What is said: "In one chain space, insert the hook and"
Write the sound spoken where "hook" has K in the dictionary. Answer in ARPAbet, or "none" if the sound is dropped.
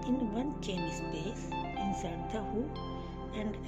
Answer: none